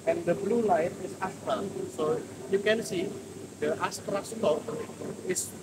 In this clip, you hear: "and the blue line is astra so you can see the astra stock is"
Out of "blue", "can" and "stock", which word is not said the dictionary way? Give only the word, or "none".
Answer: stock